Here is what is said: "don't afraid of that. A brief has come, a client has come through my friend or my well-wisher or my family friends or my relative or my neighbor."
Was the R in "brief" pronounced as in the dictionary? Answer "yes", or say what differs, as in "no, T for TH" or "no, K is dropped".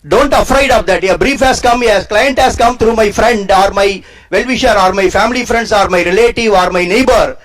yes